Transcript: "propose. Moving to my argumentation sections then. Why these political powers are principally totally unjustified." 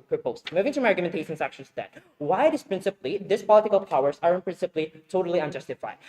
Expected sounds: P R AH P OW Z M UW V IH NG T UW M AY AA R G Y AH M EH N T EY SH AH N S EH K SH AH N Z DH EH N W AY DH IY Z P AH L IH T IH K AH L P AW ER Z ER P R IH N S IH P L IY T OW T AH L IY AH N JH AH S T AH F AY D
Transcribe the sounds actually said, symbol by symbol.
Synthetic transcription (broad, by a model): P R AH P OW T M UW V IH NG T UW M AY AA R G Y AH M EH N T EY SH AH N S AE K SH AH N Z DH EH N W AY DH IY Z P AH L IH T IH K AH L P AW ER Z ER P R IH N S IH P L IY T OW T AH L IY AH N JH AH S T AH F AY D